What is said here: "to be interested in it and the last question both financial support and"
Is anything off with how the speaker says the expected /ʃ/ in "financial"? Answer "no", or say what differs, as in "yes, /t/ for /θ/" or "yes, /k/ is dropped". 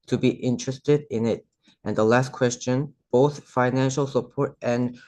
no